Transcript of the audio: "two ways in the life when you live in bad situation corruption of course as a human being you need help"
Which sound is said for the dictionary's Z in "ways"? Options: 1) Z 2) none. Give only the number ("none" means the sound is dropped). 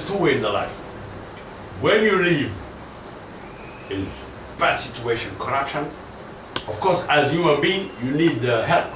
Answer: 2